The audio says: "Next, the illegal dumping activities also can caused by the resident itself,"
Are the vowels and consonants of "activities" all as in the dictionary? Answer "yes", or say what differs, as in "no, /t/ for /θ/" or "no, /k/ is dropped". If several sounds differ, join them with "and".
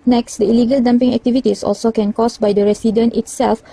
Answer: no, /s/ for /z/